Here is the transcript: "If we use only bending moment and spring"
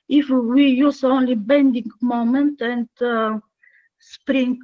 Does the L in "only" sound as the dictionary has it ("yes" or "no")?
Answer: yes